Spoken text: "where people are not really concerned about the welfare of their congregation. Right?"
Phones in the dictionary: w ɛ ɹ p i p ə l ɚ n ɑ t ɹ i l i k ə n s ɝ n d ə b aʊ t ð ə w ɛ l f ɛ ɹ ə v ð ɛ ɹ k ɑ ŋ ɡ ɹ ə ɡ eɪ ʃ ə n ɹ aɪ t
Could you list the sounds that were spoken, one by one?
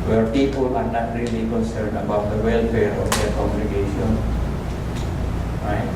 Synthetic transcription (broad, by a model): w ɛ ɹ p i p ə l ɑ n ɑ t ɹ i l i k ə n s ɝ n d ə b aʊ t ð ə w ɛ l f ɛ ɹ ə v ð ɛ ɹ k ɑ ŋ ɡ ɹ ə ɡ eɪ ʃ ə n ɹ aɪ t